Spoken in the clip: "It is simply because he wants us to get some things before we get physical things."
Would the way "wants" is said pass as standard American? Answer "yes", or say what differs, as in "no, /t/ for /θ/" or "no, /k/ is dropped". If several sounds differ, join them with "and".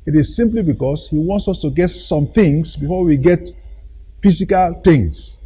yes